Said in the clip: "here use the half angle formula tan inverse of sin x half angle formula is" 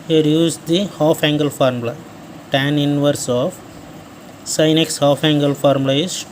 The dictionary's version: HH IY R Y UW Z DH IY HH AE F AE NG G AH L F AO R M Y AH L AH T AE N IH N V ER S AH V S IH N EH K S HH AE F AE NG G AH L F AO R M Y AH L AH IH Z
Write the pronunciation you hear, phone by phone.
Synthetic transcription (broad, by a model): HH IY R Y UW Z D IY HH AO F AE NG G AH L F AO R M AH L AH T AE N IH N V ER S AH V S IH N EH K S HH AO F AE NG G AH L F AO R M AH L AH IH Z